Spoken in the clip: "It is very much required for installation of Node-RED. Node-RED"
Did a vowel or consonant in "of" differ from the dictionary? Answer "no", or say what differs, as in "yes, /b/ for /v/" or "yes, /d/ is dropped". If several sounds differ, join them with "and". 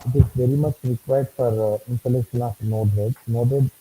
yes, /f/ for /v/